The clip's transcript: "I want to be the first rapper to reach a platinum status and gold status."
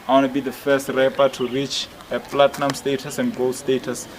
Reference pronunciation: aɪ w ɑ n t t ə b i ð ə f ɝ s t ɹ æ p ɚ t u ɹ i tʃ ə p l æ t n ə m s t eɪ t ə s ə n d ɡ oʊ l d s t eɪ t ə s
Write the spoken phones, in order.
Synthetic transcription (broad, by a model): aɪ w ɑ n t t b i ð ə f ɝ s t ɹ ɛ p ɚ t u ɹ i tʃ ə p l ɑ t n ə m s t eɪ t ə s ə n d ɡ oʊ l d s t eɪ t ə s